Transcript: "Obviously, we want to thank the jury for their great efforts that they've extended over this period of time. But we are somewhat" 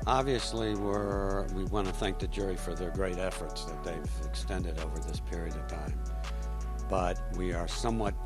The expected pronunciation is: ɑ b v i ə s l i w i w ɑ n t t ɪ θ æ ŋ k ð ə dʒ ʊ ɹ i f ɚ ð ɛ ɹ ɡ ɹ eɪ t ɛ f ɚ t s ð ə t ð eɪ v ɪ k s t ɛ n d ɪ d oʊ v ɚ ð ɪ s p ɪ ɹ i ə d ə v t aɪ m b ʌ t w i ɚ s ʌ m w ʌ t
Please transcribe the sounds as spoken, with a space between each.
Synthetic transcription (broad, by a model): ɑ b v i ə s l i w i w ɑ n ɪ θ æ ŋ k ð ə dʒ ʊ ɹ i f ɚ ð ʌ ɹ ɡ ɹ eɪ t ɛ f ɚ t s ð ə t ð eɪ v ɪ k s t ɛ n d ɪ d oʊ v ɚ ð ɪ s p ɪ ɹ i ə d ə v t aɪ m b ʌ t w i ɚ s ʌ m w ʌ t